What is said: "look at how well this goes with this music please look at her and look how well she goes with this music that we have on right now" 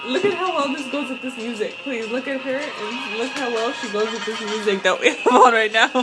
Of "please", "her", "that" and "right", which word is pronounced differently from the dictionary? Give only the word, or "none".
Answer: none